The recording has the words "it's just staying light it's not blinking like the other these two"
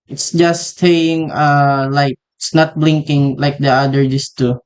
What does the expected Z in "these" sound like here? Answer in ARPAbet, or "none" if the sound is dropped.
S